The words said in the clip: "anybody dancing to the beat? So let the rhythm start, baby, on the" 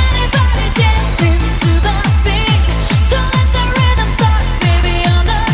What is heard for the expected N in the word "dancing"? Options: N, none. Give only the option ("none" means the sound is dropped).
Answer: none